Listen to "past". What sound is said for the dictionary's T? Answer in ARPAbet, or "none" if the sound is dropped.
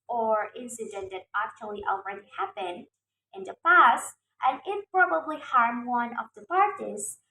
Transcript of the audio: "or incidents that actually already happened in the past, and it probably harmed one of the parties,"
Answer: T